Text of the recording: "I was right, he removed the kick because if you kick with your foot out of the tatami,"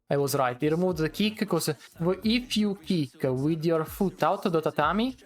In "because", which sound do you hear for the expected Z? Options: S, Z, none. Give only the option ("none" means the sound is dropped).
none